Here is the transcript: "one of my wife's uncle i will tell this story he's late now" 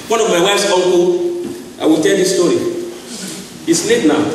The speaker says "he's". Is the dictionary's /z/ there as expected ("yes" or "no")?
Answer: no